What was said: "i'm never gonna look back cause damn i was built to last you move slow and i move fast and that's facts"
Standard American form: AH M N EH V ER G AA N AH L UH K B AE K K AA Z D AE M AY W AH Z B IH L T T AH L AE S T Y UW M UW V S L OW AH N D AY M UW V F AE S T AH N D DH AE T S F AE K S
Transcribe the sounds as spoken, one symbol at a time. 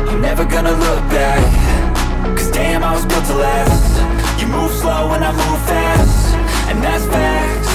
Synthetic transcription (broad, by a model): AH N EH V ER G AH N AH L UH K B AE K K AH Z D AE M AY W AH Z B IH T T AH L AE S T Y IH M UW V S L OW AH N AY M UW V F AE S T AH N DH AE T S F AE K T